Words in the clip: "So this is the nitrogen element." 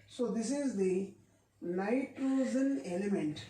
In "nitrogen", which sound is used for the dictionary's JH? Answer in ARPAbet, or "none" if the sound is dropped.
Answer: Z